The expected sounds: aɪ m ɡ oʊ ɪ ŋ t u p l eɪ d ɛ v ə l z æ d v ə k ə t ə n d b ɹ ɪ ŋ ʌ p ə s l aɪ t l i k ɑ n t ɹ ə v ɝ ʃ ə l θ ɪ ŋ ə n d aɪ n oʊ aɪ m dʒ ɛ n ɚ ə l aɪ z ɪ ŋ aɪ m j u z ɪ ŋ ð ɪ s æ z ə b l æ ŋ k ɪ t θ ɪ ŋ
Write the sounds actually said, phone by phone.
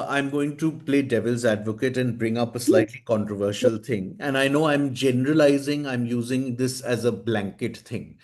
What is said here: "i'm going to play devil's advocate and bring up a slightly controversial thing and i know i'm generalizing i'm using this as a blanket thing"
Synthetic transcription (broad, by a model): aɪ m ɡ oʊ ɪ ŋ t u p l eɪ d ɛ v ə l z æ d v ə k ə t ə n d b ɹ ɪ ŋ ʌ p ə s l aɪ t l i k ɑ n t ɹ ə v ɝ ʃ ə l t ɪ ŋ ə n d aɪ n oʊ aɪ m dʒ ɛ n ɚ ə l aɪ z ɪ ŋ aɪ m j u z ɪ ŋ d ɪ s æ z ə b l æ ŋ k ɪ t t ɪ ŋ